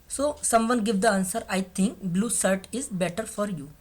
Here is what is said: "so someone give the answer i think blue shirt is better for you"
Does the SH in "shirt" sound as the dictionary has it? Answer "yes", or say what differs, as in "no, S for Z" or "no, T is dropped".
no, S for SH